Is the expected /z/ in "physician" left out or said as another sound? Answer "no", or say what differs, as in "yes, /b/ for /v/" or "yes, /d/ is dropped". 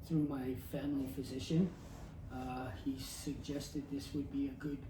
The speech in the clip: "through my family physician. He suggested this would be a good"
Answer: no